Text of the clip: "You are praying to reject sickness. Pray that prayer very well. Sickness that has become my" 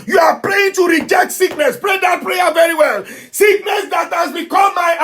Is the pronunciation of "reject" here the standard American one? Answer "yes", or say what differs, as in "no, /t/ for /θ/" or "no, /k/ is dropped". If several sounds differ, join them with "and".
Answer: yes